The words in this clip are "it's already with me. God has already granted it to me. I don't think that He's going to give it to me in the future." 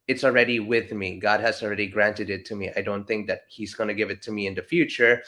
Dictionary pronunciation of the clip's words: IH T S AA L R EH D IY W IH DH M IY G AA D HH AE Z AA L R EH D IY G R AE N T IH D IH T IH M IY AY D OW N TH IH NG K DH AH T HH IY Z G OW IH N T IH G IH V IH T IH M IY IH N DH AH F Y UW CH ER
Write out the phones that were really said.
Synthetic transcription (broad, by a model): IH T S L R EH D IY W IH DH M IY G AA D HH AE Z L R EH D IY G R AE N T IH D IH T IH M IY AY D OW N TH IH NG K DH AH T HH IY Z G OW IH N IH G IH V IH T IH M IY IH N DH AH F Y UW CH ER